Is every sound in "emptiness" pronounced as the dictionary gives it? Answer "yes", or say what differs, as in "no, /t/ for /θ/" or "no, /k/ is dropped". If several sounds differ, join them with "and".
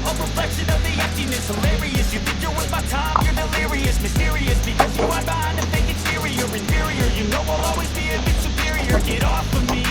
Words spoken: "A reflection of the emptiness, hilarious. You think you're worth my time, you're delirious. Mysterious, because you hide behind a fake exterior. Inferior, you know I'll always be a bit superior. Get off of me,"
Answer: no, /m/ is dropped